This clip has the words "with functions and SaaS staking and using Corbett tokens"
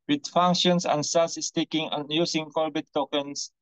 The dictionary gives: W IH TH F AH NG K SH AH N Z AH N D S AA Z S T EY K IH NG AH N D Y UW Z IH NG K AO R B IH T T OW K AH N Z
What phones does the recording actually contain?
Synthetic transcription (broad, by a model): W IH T F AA NG K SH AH N S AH N S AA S S T EY K IH NG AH N Y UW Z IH NG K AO L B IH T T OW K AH N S